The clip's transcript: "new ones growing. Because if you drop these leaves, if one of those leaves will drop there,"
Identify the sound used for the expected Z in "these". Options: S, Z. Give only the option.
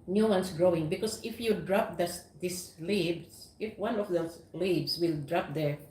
S